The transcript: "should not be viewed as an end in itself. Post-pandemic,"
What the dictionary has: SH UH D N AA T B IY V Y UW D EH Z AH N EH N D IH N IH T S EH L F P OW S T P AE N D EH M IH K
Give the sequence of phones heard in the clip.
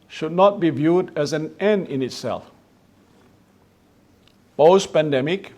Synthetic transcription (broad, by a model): SH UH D N AA T B IY V Y UW D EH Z AH N EH N D IH N IH T S EH L F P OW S P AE N D EH M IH K